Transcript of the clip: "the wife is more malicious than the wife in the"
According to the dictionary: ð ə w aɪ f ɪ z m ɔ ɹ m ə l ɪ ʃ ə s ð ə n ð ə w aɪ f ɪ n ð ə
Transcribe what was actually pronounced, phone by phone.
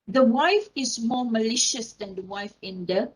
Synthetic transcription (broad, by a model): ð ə w aɪ f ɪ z m ɔ m ə l ɪ ʃ ə s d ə n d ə w aɪ f ɪ n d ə